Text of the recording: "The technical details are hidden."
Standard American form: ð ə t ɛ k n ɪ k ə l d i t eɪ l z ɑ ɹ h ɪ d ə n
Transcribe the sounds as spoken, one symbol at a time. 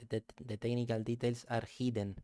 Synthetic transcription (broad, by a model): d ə t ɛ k n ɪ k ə l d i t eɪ l s ɑ ɹ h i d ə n